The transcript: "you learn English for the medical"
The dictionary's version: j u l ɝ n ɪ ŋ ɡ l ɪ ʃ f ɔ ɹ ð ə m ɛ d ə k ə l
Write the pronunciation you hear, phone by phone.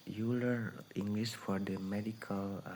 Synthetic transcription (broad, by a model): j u l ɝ ɪ ŋ ɡ l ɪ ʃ f ɔ ɹ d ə m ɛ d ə k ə l